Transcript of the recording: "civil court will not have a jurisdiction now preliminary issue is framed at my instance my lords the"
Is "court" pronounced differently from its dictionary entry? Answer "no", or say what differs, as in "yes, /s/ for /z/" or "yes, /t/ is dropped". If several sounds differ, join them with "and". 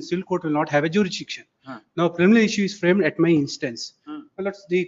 no